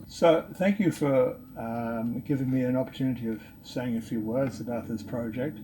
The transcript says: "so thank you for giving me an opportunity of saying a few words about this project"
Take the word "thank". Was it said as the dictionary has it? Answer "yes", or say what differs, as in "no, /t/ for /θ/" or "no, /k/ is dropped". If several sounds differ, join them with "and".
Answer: yes